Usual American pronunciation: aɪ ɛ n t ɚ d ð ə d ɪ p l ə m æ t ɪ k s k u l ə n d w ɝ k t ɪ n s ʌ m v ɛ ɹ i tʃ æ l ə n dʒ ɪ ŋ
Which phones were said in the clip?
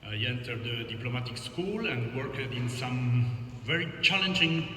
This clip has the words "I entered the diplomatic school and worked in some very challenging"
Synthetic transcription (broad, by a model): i ɛ n t ɚ d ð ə d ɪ p l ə m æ t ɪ k s k u l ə n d w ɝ k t ɪ n s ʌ m v ɛ ɹ i tʃ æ l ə n dʒ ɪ ŋ